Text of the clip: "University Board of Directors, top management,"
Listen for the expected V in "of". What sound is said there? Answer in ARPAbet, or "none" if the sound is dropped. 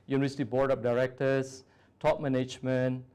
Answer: P